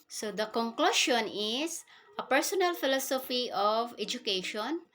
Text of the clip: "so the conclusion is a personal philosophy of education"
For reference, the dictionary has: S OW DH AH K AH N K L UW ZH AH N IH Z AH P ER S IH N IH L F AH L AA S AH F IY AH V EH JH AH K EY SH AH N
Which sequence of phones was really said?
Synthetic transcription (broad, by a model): S OW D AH K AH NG K L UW SH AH N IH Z AH P ER S IH N IH L F AH L AA S AH F IY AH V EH JH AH K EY SH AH N